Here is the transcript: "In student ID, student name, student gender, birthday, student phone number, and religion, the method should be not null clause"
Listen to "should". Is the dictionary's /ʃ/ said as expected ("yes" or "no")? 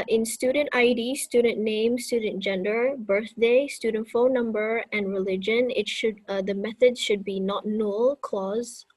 yes